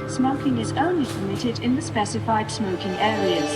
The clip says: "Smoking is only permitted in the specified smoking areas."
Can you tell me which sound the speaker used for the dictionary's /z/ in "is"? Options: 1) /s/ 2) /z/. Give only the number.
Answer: 2